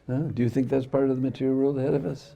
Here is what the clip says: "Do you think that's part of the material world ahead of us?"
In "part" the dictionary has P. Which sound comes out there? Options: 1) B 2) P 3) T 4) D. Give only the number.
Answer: 2